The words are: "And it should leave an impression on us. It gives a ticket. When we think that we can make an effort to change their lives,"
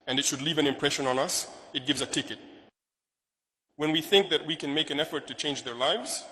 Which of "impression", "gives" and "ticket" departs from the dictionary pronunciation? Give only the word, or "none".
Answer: none